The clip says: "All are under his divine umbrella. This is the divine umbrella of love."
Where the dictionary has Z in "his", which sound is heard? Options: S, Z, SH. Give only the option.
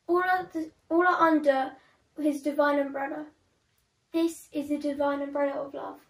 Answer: Z